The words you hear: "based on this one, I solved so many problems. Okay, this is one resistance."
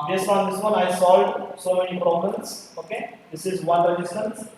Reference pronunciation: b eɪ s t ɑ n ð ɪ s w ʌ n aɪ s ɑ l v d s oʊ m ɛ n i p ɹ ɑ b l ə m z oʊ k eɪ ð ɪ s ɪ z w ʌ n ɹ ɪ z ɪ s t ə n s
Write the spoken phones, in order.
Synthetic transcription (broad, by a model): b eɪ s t ɑ n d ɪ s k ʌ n aɪ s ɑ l d s oʊ m ɛ n i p ɹ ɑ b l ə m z oʊ k eɪ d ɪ s ɪ z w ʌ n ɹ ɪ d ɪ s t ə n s